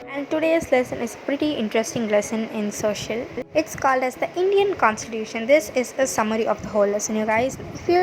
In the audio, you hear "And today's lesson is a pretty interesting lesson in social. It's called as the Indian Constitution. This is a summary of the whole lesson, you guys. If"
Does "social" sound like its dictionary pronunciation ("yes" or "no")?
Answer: yes